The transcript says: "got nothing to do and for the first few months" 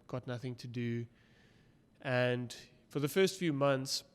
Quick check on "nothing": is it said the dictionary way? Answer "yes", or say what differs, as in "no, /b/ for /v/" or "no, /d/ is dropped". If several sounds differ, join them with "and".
yes